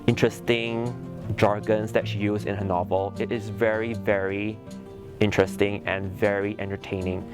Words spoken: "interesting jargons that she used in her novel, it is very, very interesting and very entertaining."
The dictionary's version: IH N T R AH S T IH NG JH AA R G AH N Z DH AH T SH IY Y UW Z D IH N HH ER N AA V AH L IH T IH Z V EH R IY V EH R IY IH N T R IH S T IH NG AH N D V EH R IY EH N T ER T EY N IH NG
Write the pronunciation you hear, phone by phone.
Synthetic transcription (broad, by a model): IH N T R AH S T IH NG JH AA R G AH N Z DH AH T SH IY Y UW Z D IH N HH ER N AA V AH L IH T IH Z V EH R IY V EH R IY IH N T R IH S T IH NG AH N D V EH R IY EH N T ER T EY N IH NG